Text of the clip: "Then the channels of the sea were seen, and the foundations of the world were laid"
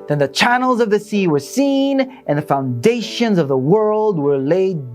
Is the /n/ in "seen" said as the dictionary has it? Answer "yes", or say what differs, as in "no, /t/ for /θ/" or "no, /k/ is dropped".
yes